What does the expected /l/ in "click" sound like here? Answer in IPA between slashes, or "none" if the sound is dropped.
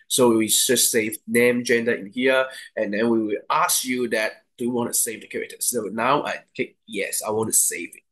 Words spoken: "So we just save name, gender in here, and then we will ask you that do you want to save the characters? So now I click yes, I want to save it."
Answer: none